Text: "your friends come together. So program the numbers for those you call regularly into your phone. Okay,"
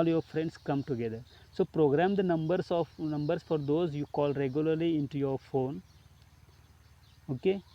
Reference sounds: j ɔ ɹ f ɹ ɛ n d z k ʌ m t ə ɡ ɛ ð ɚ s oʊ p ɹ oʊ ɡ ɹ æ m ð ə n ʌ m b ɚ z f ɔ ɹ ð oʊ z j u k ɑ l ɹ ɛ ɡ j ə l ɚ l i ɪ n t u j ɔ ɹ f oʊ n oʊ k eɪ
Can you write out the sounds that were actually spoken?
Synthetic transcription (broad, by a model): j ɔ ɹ f ɹ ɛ n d s k ʌ m t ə ɡ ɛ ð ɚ s oʊ p ɹ oʊ ɡ ɹ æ m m ə n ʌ m b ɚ s f ɔ ɹ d oʊ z j u k ɑ l ɹ ɛ ɡ j ə l ɚ l i ɪ n t u j ɔ ɹ f oʊ n oʊ k eɪ